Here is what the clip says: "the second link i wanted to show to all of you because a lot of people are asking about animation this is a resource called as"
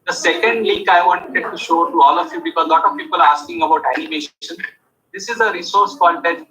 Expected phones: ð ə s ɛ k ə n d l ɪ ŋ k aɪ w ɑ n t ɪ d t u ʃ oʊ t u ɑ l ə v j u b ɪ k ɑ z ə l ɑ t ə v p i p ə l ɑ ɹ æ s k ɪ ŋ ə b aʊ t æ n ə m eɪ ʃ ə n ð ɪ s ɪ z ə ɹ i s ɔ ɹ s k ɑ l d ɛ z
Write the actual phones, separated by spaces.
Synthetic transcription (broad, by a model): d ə s ɛ k ə n d l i k aɪ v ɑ n t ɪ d t u ʃ oʊ t u ɑ l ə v j u b ɪ k ɑ z l ɑ t ə v p i p ə l ɑ ɹ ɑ s k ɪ ŋ ə b aʊ t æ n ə m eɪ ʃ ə n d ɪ s ɪ z ə ɹ i s ɔ ɹ s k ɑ n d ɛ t